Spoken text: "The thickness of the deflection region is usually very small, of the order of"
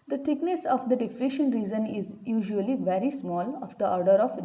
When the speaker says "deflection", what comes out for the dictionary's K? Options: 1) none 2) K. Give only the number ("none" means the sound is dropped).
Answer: 1